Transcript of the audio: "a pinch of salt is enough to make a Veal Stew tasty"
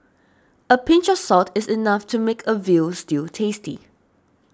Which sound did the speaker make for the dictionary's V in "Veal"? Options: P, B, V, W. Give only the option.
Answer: V